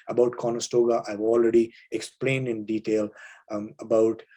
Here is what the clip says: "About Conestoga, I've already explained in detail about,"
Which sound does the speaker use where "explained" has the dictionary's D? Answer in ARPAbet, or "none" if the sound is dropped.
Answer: D